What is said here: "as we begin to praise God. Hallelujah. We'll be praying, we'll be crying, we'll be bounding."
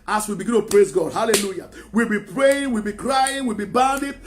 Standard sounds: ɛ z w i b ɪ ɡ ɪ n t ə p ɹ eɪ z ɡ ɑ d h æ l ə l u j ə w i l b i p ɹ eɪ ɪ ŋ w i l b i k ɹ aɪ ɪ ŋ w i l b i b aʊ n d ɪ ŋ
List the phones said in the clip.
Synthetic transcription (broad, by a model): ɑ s w i b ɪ ɡ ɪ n t ə p ɹ eɪ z ɡ ɑ d h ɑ l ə l u j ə w i l b i p ɹ eɪ ɪ ŋ w i l b i k ɹ aɪ ɪ ŋ w i l b i b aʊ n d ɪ